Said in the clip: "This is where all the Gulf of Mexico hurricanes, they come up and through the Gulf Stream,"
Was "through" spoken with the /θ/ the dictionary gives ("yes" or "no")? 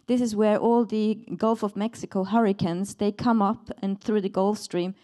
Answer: yes